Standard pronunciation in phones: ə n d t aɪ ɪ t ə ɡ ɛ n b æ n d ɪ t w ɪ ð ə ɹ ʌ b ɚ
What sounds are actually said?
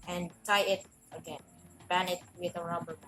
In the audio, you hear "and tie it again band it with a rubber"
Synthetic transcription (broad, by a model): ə n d t aɪ ɪ t ə ɡ ɛ n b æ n ɪ t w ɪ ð ə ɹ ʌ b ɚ